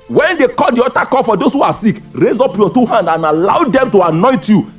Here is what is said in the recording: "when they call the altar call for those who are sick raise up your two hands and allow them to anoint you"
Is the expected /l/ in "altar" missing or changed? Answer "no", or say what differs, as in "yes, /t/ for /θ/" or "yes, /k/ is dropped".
yes, /l/ is dropped